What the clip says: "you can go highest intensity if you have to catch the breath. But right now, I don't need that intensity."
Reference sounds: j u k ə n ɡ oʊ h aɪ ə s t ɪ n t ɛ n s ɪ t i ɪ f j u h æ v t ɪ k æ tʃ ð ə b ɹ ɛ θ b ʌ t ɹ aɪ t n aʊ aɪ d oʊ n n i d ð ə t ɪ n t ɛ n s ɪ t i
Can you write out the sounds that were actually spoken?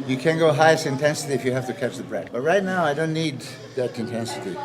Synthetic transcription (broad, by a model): j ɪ k ə n ɡ oʊ h aɪ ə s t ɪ n t ɛ n s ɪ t i ɪ f j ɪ h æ f t ɪ k æ tʃ ð ə b ɹ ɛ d b ʌ t ɹ aɪ t n aʊ aɪ d oʊ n n i d ð ə t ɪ n t ɛ n s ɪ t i